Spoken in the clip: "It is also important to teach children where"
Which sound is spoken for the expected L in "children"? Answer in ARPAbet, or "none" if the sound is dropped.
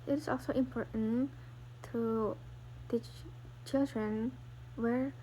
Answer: L